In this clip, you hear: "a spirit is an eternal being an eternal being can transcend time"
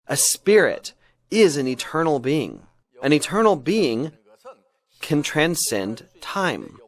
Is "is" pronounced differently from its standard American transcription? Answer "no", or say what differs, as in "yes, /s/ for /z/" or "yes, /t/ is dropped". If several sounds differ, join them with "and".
no